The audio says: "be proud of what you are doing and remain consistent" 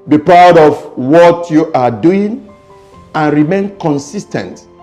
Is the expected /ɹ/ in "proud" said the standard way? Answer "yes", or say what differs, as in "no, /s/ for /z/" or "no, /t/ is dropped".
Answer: yes